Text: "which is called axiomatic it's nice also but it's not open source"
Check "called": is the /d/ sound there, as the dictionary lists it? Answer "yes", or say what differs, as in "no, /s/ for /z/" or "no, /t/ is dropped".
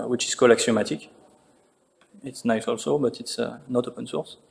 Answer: no, /d/ is dropped